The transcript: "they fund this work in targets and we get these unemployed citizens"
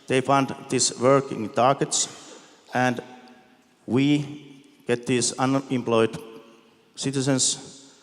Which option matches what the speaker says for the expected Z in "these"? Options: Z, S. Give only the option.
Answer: S